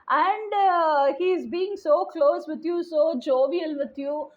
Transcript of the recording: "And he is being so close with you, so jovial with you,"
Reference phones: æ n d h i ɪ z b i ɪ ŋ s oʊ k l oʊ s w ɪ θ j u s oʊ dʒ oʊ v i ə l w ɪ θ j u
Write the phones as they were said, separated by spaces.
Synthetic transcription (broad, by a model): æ n d h i ɪ z b i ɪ ŋ s oʊ k l oʊ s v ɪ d j u s oʊ dʒ oʊ v i ə l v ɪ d j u